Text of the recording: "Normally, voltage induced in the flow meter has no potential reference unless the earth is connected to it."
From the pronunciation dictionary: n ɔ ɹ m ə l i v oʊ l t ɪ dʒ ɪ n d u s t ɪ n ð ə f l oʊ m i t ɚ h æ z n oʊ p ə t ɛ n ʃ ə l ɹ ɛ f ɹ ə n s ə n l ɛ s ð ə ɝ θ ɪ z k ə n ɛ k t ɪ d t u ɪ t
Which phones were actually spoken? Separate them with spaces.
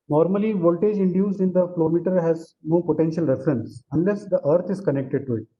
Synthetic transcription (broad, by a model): n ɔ ɹ m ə l i v oʊ l t ɪ dʒ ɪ n d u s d ɪ n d ə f l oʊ m i t ɚ h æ z n oʊ p ə t ɛ n ʃ ə l ɹ ɛ f ɹ ə n s ə n l ɛ s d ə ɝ t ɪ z k ə n ɛ k t ɪ d t u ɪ t